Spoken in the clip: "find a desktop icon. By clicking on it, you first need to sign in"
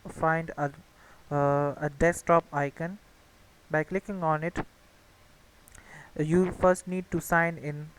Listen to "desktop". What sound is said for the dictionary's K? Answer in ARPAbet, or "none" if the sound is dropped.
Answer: none